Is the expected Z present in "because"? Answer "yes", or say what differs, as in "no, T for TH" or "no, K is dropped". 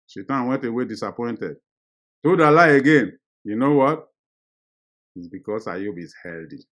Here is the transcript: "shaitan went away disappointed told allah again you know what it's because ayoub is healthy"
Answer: no, S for Z